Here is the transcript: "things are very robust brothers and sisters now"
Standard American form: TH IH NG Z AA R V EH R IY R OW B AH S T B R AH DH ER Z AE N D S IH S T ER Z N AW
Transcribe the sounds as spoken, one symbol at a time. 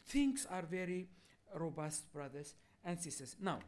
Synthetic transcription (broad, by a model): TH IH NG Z AA R V EH R IY R OW B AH S T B R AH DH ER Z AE N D S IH S T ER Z N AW